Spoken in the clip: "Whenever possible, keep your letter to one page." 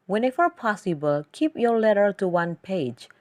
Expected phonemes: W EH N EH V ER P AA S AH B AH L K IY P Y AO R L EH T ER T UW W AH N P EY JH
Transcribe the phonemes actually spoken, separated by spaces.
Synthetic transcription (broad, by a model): W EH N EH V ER P AA S AH B AH L K IY P Y AO R L EH T ER T UW W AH N P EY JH